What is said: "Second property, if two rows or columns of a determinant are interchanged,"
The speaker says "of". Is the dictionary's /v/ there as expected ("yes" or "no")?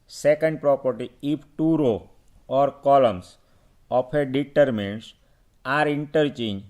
no